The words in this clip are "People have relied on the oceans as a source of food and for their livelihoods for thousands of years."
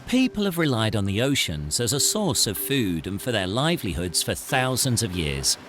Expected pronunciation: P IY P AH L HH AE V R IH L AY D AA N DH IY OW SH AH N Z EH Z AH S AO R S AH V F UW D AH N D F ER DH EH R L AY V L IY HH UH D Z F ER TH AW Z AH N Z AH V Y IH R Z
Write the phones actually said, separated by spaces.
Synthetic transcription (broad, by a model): P IY P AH L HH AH V R IH L AY D N DH IY OW SH AH N Z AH Z AH S AO R S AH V F UW D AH N F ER DH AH R L AY V L IY HH UH D Z F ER TH AW Z AH N Z AH V Y IH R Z